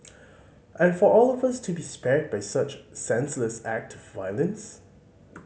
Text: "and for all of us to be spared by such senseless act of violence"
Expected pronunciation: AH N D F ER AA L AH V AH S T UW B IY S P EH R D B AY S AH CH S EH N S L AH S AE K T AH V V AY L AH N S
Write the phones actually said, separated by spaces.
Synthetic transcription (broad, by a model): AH N F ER AA L AH V AH S T UW B IY S P EH R D B AY S AH CH S EH N S L AH S AE K T AH V V AY L AH N S